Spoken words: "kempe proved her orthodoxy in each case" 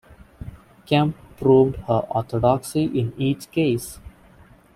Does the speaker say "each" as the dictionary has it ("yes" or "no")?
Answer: yes